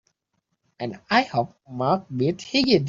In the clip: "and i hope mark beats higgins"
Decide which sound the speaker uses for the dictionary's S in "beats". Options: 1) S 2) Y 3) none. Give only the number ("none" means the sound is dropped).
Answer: 3